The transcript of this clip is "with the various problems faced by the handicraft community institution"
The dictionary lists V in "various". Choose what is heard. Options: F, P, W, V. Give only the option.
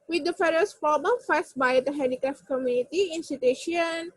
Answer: F